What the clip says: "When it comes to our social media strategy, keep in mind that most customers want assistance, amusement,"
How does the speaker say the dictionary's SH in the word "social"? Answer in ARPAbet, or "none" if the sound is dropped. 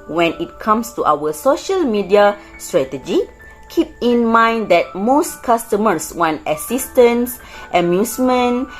SH